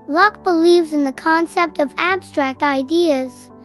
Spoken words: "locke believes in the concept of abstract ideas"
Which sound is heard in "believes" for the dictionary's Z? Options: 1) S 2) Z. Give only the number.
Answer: 2